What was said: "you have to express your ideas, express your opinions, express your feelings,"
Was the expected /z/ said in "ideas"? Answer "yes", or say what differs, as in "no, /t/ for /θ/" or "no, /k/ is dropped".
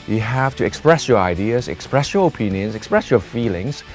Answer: yes